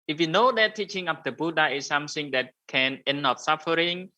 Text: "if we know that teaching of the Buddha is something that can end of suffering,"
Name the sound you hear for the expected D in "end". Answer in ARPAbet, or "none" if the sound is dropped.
none